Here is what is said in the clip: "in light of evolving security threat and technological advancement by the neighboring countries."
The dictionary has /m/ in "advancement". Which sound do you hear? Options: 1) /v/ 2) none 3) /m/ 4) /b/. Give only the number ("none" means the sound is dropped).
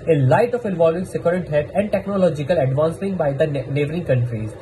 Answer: 2